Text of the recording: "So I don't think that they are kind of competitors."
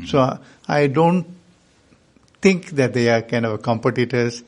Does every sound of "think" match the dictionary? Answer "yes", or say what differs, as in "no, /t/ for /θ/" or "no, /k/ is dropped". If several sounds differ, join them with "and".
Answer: no, /t/ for /θ/